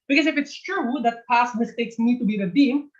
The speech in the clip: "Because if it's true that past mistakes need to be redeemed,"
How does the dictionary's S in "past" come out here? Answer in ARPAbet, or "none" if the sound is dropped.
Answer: S